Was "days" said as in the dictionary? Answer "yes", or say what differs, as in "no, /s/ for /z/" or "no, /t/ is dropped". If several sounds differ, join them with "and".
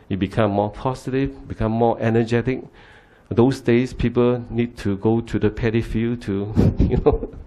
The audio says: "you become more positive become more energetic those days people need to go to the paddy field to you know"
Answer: no, /s/ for /z/